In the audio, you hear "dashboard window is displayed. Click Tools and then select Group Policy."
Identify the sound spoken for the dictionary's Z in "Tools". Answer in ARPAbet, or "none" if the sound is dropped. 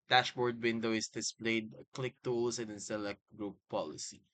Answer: S